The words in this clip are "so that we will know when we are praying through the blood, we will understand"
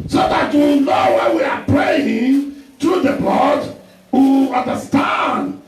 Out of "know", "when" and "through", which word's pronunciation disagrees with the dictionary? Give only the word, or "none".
through